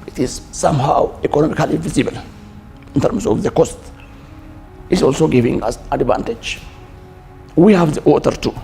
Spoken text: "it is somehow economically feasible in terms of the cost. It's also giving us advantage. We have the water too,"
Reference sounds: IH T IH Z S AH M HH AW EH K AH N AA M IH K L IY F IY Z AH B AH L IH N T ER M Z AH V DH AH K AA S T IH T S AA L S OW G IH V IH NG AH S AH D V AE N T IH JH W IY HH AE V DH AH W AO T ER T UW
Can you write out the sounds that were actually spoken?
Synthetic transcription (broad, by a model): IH T IH Z S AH M HH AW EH K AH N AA M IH K L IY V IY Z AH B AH L IH N T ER M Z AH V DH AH K AA S T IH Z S AA L S OW G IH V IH NG AH S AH D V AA N T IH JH W IY HH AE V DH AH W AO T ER T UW